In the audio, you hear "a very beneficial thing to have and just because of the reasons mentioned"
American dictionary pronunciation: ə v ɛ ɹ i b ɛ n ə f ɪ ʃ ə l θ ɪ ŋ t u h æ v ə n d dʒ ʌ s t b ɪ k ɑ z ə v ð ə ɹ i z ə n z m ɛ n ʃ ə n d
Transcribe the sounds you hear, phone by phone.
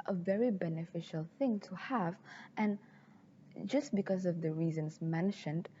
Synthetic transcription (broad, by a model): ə v ɛ ɹ i b ɛ n ə f ɪ ʃ ə l θ ɪ ŋ t u h æ v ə n dʒ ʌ s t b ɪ k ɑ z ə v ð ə ɹ i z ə n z m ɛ n ʃ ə n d